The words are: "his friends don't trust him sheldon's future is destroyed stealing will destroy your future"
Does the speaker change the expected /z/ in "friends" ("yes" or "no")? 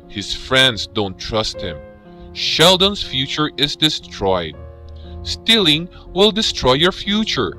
yes